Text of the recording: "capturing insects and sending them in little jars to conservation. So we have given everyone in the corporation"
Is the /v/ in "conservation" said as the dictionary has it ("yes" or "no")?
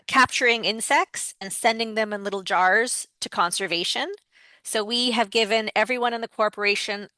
yes